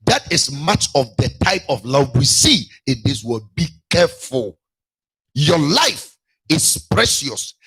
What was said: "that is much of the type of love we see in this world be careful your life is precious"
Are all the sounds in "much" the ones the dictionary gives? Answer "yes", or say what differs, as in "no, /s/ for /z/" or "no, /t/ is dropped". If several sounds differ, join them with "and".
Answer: yes